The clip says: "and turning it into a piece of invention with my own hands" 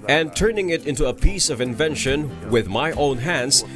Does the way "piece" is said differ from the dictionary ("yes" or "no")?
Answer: no